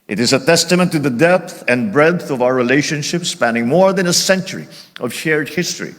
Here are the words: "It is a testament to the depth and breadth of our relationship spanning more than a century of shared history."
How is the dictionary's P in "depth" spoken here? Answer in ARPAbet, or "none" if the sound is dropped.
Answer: P